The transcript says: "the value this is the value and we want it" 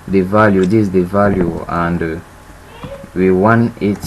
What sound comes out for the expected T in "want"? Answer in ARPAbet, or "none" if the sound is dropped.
none